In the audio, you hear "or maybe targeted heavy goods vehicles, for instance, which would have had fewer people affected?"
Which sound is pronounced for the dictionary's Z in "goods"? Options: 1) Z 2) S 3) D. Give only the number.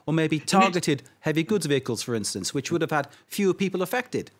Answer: 1